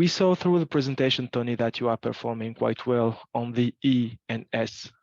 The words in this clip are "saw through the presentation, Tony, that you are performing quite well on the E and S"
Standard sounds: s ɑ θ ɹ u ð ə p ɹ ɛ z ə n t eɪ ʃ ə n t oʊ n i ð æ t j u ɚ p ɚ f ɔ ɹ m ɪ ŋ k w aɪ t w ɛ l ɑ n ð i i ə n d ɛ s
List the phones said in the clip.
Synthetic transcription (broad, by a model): s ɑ θ ɹ u ð ə p ɹ ɛ z ə n t eɪ ʃ ə n t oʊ n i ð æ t j u ɚ p ɚ f ɔ ɹ m ɪ ŋ k w aɪ t w ɛ l ɑ n ð i i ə n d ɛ s